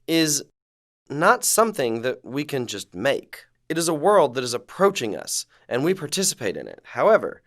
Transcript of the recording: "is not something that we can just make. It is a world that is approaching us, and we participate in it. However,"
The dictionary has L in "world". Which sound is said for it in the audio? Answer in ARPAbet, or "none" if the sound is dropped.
L